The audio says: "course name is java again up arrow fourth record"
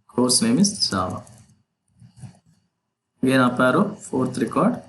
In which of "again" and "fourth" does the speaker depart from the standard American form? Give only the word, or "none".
fourth